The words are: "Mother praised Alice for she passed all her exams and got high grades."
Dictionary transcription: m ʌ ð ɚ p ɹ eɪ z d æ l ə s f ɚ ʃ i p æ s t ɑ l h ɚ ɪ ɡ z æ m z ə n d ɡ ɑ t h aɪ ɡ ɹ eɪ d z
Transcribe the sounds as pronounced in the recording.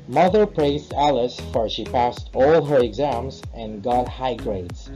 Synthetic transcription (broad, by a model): m ʌ ð ɚ p ɹ eɪ z d æ l ə s f ɚ ʃ i p æ s t ɑ l h ɚ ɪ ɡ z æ m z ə n ɡ ɑ t h aɪ ɡ ɹ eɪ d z